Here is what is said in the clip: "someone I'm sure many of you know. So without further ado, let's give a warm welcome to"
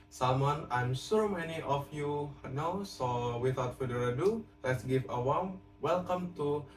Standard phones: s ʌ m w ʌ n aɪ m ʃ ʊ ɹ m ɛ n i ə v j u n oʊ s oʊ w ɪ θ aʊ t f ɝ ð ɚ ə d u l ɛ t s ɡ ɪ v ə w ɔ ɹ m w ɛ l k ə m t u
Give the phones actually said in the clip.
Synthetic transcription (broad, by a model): s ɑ m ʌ n aɪ m s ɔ m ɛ n i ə f j u n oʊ s oʊ w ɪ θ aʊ t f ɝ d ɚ ə d u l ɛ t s ɡ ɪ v ə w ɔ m w ɛ l k ə m t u